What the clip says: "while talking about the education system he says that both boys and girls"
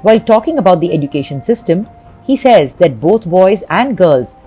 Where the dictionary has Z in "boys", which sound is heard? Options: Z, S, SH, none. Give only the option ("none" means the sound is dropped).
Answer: Z